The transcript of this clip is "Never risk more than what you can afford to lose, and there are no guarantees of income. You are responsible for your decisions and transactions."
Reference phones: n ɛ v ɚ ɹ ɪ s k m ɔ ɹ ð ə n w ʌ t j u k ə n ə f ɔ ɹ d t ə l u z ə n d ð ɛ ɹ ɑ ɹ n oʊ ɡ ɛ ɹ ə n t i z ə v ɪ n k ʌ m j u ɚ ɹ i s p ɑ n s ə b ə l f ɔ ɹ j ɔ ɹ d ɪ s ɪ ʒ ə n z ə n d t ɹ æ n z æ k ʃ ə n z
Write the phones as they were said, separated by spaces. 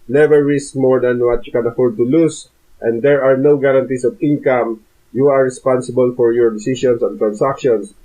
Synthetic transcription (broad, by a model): n ɛ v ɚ ɹ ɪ s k m ɔ ɹ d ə n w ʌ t j u k ə n ə f ɔ ɹ d t ə l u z ə n d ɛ ɹ ɑ ɹ n oʊ ɡ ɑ ɹ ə n t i s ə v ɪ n k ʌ m j u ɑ ɹ i s p ɑ n s ə b ə l f ɔ ɹ j ɔ ɹ d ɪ s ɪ ʃ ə n s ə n t ɹ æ n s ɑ k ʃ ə n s